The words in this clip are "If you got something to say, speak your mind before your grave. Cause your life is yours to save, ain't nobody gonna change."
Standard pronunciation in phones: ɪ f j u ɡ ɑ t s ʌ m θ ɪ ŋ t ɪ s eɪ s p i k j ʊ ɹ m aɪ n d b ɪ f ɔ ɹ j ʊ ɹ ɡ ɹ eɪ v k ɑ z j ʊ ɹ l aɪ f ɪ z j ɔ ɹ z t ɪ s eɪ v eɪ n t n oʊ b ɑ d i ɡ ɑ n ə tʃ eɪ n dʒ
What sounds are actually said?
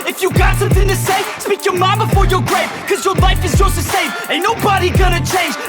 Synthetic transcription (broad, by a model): ɪ f j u ɡ ɑ t s ʌ m θ ɪ ŋ t ɪ s eɪ s p i k j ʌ ɹ m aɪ b ɪ f ɔ ɹ j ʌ ɹ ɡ ɹ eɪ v k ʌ z j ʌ ɹ l aɪ f ɪ z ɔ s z t ɪ s eɪ v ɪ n n oʊ b ɑ d i ɡ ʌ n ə tʃ eɪ n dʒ